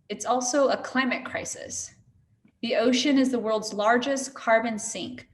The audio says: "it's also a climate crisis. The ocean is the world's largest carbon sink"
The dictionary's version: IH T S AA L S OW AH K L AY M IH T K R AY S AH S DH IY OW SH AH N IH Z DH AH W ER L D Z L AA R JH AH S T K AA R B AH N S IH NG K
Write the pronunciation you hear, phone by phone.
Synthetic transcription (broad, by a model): IH T S AA L S OW AH K L AY M IH T K R AY S AH S DH IY OW SH AH N IH Z DH AH W ER L D Z L AA R JH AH S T K AA R B AH N S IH NG K